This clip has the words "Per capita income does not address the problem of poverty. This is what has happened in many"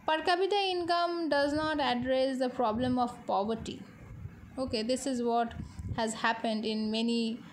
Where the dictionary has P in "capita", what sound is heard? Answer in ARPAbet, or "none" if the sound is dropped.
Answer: B